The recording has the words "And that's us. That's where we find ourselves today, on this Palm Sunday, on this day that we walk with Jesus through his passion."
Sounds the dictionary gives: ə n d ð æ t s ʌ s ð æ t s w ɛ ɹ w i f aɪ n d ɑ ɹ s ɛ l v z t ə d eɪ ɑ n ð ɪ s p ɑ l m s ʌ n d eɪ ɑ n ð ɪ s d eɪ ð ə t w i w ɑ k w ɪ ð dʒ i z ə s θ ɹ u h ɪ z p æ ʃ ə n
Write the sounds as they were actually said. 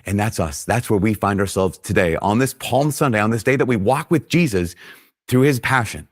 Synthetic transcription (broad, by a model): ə n ð æ t s ʌ s ð æ t s w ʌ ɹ w i f aɪ n d ɑ ɹ s ɛ l v z t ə d eɪ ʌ n ð ɪ s p ɑ l m s ʌ n d eɪ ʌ n ð ɪ s d eɪ ð ə t w i w ɑ k w ɪ ð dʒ i z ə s θ ɹ u ɪ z p æ ʃ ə n